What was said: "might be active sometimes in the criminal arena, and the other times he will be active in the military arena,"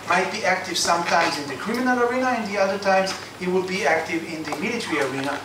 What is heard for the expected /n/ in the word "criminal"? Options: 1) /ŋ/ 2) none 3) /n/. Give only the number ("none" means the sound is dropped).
3